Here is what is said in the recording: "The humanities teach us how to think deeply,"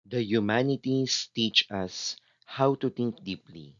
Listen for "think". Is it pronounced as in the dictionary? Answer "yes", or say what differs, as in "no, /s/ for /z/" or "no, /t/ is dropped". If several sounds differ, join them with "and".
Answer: no, /t/ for /θ/